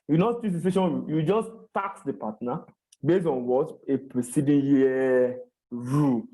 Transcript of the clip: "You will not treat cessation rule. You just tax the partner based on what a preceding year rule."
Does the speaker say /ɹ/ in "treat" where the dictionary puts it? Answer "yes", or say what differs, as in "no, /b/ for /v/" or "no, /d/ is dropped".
no, /ɹ/ is dropped